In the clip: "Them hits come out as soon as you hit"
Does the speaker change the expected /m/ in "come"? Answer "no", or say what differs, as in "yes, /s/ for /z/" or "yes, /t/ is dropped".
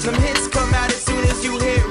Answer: no